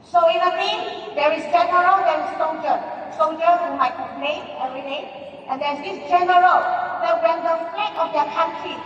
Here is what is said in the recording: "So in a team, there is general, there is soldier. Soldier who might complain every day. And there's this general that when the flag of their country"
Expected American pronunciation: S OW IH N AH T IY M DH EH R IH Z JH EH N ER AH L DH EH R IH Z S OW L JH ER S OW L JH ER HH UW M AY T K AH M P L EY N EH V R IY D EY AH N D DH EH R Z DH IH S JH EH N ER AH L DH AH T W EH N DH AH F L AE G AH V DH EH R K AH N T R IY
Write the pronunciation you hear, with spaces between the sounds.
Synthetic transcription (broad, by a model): S OW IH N AH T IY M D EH R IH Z JH EH N ER AH L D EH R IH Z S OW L JH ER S OW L JH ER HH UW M AY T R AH P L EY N EH V R IY D EY AH N D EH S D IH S JH EH N ER AH L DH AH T W EH N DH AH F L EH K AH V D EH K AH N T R IY